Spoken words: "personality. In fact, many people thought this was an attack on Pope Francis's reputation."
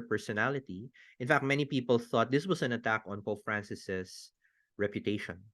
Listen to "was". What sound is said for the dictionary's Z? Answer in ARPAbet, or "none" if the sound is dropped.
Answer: S